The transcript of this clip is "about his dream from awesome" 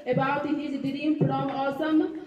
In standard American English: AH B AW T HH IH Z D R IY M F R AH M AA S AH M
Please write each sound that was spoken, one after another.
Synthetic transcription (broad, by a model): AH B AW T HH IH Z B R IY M P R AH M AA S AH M